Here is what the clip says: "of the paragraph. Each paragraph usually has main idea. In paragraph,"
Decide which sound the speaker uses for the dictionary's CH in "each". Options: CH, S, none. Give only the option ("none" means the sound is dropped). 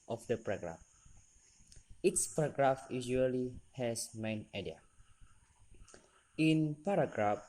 S